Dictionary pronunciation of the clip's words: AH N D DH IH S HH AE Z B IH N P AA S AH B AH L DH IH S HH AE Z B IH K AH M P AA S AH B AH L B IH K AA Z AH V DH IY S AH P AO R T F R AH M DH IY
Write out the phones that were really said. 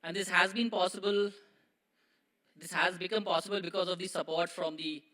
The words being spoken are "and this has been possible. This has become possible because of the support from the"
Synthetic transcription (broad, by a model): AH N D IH S HH AE Z B IH N P AA S AH B AH L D IH S HH AE Z B IH K AH M P AA S AH B AH L B IH K AA Z AH V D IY S AH P AO R T F R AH M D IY